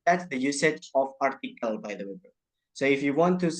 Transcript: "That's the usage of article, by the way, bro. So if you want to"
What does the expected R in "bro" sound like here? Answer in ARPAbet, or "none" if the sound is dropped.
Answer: none